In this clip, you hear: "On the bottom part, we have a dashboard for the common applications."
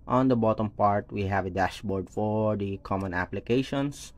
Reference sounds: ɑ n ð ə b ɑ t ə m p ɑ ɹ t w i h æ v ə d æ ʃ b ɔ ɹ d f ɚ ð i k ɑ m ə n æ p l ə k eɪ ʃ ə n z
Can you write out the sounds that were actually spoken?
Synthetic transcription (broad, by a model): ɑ n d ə b ɑ t ə m p ɑ ɹ t w i h æ v ə d æ ʃ b ɔ ɹ d f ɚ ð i k ɑ m ə n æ p l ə k eɪ ʃ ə n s